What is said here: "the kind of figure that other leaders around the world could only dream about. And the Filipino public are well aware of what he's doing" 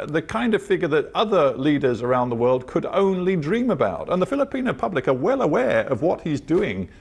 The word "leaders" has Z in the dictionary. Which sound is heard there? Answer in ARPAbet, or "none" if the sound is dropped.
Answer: Z